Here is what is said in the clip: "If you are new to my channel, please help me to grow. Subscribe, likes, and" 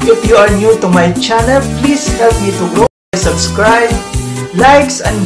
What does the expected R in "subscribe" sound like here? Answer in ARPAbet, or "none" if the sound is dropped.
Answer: R